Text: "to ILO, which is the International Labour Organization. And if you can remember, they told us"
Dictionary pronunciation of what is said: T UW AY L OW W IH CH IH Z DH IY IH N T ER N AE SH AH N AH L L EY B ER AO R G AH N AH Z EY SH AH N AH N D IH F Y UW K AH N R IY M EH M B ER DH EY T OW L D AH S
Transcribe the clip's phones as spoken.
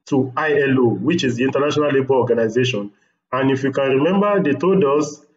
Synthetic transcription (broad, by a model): T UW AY L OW W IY CH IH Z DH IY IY N T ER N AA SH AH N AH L L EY B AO AO G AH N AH Z EY SH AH N AH N D IH F Y UW K AH N R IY M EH M B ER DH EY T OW D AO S